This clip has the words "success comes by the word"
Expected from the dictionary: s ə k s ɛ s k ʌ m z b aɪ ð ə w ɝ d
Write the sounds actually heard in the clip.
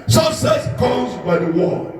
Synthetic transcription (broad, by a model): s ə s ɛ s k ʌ z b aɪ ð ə w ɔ